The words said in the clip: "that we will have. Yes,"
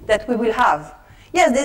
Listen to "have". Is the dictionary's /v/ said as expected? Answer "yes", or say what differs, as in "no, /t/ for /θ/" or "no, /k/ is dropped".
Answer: yes